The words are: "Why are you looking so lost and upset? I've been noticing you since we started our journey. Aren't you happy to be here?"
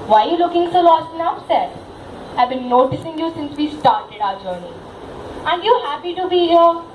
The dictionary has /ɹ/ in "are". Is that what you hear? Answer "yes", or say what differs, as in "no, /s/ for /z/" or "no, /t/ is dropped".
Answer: no, /l/ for /ɹ/